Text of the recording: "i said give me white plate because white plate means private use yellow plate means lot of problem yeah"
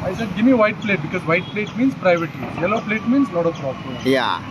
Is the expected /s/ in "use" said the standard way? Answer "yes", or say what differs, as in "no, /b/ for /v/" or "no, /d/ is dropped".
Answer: no, /s/ is dropped